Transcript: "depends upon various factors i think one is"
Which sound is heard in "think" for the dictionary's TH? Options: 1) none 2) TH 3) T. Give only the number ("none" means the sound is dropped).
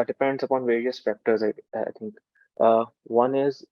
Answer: 3